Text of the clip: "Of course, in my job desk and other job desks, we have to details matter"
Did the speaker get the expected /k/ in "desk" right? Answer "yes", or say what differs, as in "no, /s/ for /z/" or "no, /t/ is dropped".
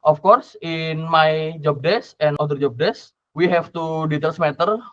no, /k/ is dropped